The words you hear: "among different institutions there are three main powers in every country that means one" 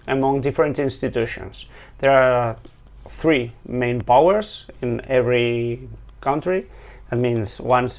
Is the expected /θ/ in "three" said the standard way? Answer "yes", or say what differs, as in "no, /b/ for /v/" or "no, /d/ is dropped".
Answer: yes